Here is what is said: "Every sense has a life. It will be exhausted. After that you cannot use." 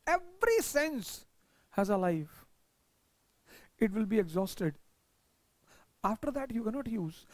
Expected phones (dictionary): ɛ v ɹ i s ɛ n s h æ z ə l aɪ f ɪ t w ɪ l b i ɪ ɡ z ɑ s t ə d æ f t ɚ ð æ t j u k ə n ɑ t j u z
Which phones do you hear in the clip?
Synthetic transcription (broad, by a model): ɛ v ɹ i s ɛ n s h æ z ə l aɪ f ɪ t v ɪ l b i ɪ ɡ z ɑ s t ə d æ f t ɚ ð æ t j u k ə n ɑ t j u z